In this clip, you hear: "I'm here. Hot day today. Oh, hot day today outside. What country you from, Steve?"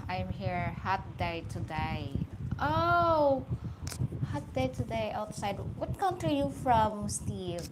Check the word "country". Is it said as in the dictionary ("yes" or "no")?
no